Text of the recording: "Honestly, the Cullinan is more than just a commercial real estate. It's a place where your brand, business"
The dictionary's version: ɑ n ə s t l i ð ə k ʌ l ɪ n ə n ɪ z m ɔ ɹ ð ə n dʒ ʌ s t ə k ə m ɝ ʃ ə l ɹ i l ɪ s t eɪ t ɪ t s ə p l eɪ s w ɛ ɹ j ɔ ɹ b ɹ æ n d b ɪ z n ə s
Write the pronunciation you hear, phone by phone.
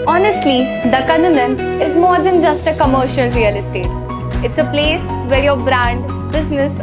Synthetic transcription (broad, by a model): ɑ n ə s t l i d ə k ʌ n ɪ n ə n ɪ z m ɔ ɹ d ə n dʒ ʌ s t ə k ə m ɝ ʃ ə l ɹ i l ɪ s t eɪ t ɪ t s ə p l eɪ s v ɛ ɹ j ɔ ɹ b ɹ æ n d b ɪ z n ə s